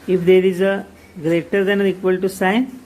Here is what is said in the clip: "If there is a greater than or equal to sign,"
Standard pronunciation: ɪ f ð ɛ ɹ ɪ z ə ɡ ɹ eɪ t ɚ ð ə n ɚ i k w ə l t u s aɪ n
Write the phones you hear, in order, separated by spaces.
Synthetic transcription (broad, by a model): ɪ f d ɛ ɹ ɪ z ə ɡ ɹ eɪ t ɚ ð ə n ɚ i k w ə l t u s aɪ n